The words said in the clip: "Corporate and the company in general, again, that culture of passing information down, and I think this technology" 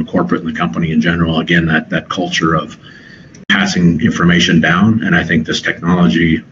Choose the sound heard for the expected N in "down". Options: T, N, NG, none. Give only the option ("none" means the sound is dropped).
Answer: N